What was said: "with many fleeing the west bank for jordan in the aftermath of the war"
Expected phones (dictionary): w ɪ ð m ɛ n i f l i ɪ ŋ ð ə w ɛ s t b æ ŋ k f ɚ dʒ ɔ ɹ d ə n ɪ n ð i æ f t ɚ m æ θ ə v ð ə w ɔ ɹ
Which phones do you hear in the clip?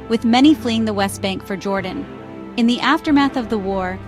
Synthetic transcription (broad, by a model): w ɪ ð m ɛ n i f l i ɪ ŋ ð ə w ɛ s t b æ ŋ k f ɚ dʒ ɔ ɹ d n ɪ n ð i æ f t ɚ m æ θ ə v ð ə w ɔ ɹ